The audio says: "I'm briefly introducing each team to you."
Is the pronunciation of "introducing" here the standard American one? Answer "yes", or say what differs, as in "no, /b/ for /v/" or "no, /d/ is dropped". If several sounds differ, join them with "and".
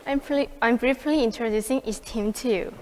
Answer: yes